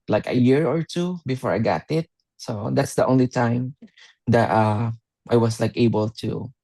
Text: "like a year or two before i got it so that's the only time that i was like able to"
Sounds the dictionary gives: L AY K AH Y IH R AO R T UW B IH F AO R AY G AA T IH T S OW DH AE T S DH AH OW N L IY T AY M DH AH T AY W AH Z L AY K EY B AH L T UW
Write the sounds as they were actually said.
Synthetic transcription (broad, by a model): L AY K AH Y IH R AO R T UW B IH F AO R AY G AA T IH T S OW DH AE T S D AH OW N L IY T AY M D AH T AY W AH S L AY K EY B AH L T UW